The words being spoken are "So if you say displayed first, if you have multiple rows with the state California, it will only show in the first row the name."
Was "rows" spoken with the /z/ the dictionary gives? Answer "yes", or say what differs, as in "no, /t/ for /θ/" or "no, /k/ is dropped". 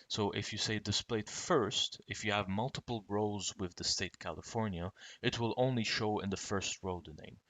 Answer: yes